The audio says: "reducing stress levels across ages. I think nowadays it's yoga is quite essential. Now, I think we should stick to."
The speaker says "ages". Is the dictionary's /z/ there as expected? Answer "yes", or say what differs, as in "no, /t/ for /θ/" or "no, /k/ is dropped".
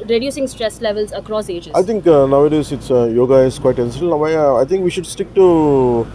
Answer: no, /z/ is dropped